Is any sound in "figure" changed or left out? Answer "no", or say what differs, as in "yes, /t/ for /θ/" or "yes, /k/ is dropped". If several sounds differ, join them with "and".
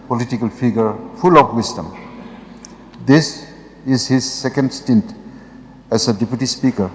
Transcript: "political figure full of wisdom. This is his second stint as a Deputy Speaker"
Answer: yes, /p/ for /f/